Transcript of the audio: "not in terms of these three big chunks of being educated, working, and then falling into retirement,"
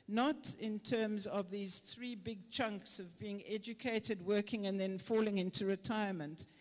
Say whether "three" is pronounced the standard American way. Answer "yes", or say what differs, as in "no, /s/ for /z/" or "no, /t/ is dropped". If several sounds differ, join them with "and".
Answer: yes